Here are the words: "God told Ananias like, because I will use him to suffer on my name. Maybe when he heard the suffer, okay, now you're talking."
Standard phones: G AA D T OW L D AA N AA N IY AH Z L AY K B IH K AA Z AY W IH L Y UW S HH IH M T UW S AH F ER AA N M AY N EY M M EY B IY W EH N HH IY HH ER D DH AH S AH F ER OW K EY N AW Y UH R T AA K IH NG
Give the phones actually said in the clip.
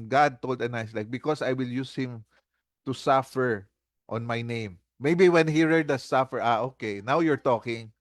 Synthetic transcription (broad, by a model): G AA D T OW L D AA N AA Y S L AY K B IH K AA S AY W IH L Y UW S HH IH M T UW S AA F ER AA N M AY N EY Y M EY B IY W EH N HH IY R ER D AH S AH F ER OW K EY N AW Y UH R T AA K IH NG